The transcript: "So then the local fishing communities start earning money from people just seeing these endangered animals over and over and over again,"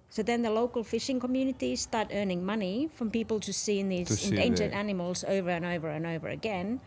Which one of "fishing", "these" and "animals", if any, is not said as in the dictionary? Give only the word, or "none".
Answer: none